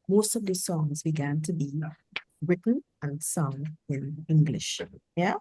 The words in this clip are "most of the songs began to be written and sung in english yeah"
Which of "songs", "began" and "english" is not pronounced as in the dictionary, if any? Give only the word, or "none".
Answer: none